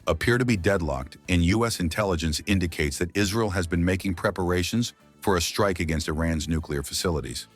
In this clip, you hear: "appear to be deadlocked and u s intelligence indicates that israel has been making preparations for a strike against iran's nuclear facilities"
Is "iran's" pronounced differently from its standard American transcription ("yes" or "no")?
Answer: no